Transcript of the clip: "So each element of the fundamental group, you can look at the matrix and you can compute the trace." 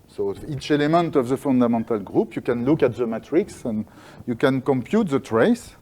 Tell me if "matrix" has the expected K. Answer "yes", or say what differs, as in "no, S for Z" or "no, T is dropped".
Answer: yes